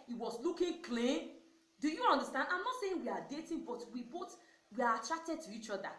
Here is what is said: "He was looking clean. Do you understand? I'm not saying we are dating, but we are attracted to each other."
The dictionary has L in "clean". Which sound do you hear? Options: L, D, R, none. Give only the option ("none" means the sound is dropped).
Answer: L